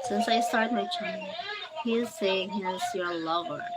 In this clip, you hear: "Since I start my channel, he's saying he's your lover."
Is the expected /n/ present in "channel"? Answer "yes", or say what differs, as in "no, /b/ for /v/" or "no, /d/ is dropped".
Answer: no, /n/ is dropped